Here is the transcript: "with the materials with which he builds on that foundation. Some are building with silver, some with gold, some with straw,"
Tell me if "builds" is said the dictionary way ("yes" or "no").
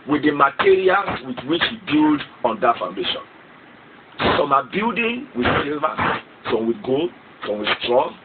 no